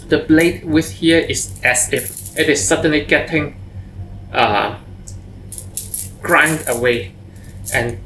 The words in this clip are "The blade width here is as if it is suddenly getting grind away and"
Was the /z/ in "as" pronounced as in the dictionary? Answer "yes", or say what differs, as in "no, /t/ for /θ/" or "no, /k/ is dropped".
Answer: no, /s/ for /z/